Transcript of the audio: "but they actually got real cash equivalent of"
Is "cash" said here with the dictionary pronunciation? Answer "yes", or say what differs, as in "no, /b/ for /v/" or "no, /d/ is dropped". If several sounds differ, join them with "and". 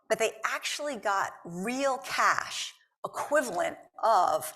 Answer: yes